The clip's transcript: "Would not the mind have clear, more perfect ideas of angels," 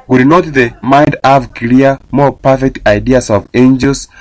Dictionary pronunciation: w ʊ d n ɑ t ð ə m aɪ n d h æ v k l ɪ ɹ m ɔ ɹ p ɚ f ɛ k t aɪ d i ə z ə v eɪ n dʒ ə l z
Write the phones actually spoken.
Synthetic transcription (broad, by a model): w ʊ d n ɑ t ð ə m aɪ n d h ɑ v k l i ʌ m ɔ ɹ p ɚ f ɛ k t aɪ d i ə s ə v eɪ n dʒ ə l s